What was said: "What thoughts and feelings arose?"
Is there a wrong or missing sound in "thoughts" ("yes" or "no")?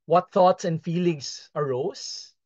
no